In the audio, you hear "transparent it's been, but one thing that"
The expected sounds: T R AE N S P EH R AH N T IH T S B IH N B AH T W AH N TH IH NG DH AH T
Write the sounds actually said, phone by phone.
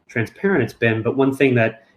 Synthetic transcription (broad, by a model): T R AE N S P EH R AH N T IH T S B IH N B AH T W AH N TH IH NG DH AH T